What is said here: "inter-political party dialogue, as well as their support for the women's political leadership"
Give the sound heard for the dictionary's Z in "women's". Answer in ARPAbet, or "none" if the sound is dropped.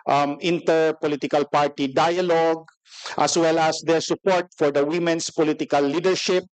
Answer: S